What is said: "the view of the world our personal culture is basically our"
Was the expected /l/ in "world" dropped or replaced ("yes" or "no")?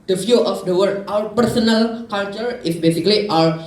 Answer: yes